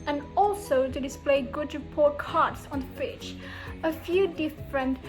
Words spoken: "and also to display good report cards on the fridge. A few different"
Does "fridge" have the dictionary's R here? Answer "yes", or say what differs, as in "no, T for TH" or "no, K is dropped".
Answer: no, R is dropped